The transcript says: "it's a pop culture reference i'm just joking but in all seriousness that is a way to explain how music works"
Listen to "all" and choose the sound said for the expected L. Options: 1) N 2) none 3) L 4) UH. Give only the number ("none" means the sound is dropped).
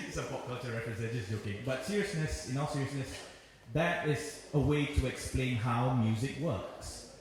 1